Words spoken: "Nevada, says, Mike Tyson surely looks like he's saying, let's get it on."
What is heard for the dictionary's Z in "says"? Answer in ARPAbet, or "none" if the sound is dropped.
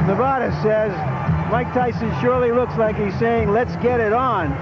Z